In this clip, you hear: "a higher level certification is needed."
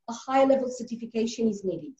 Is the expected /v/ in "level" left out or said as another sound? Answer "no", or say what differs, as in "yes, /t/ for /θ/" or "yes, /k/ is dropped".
no